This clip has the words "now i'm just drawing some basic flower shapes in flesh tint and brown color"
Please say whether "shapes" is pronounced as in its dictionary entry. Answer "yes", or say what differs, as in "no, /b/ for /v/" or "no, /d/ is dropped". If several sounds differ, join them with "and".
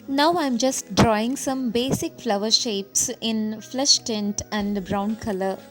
yes